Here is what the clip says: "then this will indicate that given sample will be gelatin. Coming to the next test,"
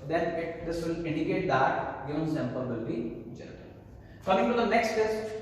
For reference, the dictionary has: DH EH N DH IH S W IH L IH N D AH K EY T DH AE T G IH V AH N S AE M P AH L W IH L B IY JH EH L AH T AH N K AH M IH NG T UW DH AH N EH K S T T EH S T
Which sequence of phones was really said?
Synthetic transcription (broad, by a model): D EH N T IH S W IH L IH N D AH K EY T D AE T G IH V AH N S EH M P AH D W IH L B IY JH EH N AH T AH L K AH M IH NG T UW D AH N EH K S T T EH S